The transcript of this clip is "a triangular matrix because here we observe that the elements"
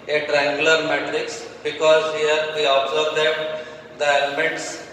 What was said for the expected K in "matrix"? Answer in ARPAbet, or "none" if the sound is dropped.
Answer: K